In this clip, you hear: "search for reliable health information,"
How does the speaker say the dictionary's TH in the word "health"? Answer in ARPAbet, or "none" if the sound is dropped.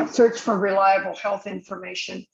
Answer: TH